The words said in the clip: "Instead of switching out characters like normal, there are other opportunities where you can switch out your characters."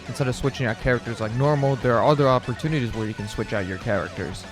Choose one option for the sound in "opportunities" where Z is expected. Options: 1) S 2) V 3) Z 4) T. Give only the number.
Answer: 3